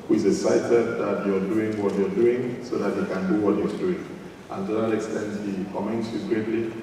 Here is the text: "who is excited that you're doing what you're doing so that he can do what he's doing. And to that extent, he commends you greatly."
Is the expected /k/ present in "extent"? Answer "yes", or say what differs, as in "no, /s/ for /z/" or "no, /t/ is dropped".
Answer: yes